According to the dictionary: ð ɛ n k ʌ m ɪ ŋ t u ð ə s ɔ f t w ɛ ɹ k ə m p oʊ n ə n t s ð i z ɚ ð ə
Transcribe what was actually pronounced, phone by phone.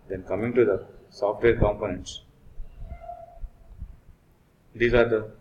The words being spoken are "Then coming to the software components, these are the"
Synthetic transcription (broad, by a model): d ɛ n k ʌ m ɪ ŋ t u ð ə s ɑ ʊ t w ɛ l k ə m p oʊ n ə n t s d i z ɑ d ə